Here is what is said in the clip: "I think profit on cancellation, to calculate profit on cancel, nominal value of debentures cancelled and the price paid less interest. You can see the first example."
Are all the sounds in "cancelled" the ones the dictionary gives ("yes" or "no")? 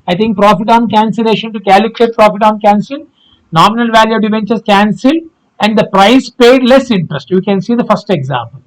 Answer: no